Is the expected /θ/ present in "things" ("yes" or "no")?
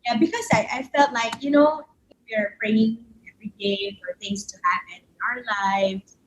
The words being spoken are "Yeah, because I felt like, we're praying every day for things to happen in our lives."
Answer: yes